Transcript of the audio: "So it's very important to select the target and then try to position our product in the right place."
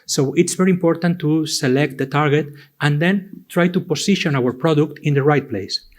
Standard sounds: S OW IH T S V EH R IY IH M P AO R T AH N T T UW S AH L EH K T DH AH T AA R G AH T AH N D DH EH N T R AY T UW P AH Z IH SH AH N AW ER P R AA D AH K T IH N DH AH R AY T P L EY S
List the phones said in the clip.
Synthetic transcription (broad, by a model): S OW IH T S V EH R IY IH M P AO R T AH N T T UW S AH L EH K T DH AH T AA R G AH T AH N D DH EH N T R AY T UW P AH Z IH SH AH N AW ER P R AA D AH K T IH N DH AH R AY T P L EY S